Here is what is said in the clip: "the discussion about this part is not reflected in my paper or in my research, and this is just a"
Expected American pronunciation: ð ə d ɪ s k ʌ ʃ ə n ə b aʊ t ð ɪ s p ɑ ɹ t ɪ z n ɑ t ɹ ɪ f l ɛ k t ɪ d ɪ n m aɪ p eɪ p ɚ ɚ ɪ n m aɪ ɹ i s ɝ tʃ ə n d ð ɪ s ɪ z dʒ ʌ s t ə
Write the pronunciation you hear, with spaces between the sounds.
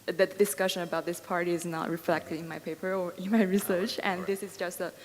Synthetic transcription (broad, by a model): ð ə d ɪ s k ʌ ʃ ə n ə b aʊ t ð ɪ s p ɑ ɹ t ɪ z n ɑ t ɹ ɪ f l ɛ k t ɪ d ɪ n m aɪ p eɪ p ɚ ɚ ɪ n m aɪ ɹ i s ɝ tʃ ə n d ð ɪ s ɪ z dʒ ʌ s t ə